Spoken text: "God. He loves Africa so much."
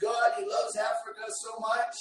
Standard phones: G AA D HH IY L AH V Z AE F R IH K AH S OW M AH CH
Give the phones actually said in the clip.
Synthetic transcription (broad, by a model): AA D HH IY L AH V Z AE F R IH K AH S OW M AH CH